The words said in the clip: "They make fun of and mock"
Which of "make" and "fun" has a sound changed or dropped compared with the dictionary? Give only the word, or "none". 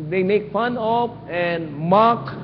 none